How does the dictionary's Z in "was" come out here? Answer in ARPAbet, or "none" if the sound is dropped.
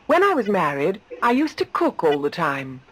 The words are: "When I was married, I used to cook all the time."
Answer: Z